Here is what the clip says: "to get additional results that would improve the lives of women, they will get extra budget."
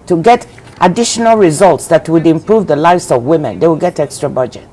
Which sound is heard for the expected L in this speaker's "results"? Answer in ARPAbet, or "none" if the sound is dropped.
L